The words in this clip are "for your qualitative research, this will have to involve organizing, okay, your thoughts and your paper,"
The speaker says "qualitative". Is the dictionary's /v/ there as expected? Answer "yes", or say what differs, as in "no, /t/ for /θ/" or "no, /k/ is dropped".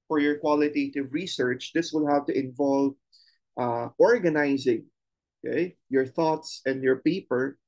yes